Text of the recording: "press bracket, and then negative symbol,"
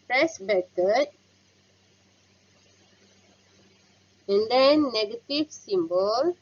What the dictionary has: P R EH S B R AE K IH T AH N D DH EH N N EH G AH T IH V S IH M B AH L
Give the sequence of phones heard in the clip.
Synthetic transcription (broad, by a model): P R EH S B EH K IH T AH N D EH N N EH G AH T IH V S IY M B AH L